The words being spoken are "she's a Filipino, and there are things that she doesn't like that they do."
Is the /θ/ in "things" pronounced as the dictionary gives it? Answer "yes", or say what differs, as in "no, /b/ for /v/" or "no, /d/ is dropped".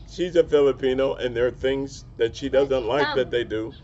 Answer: yes